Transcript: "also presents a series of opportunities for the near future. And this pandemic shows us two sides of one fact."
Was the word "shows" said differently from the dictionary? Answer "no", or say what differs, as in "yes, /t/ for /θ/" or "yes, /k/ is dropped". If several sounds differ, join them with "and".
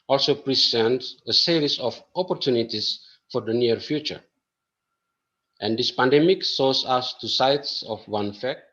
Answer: yes, /s/ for /ʃ/